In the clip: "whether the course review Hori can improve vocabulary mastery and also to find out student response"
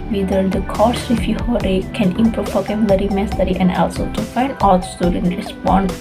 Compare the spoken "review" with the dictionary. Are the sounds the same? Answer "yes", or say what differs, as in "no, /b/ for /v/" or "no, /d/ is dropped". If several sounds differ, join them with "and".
no, /f/ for /v/